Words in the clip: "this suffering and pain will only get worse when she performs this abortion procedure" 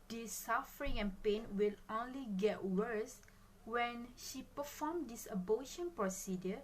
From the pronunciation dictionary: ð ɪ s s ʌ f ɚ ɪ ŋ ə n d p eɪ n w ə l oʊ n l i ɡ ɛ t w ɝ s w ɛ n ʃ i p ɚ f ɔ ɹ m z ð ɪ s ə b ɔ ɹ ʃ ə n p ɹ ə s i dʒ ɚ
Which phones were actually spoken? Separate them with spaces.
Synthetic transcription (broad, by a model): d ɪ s s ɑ f ɚ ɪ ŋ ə n p eɪ n w ə l oʊ n l i ɡ ɛ t w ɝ s w ɛ n ʃ i p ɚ f ɔ m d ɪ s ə b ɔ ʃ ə n p ɹ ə s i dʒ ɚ